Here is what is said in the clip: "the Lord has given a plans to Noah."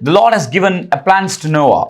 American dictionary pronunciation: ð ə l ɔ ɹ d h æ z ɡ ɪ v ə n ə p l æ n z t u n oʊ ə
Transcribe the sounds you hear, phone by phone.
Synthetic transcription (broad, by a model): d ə l ɔ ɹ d h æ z ɡ ɪ v ə n ə p l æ n s t u n oʊ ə